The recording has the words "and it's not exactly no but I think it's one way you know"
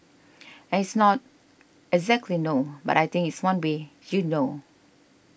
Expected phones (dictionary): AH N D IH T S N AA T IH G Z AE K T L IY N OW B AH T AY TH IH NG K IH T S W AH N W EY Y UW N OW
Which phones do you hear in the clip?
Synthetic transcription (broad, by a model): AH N IH T S N AA T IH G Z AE K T L IY N OW B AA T AY T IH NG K IH T S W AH N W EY Y UW N OW